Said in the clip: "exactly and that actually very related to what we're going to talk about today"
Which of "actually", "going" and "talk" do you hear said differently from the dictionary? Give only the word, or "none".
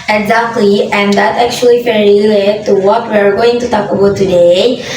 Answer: actually